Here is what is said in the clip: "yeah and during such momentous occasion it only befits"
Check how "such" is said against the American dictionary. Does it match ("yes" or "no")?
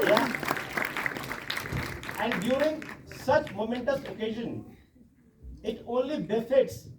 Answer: yes